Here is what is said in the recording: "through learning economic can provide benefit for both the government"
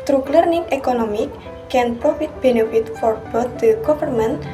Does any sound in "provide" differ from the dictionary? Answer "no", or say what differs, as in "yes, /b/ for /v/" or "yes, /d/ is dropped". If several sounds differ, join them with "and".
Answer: yes, /f/ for /v/